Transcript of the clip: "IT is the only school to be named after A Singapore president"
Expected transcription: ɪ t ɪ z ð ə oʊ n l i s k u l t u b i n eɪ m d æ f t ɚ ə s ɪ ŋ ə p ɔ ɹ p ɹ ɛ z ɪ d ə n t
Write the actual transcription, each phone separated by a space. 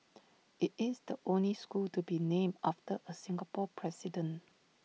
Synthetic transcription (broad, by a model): ɪ t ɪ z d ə oʊ n l i s k u l t u b i n eɪ m ɑ f t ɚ ə s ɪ ŋ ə p ɔ p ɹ ɛ s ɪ d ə n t